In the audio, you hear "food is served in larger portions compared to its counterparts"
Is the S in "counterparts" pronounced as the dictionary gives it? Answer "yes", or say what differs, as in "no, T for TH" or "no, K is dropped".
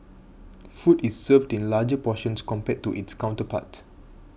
no, S is dropped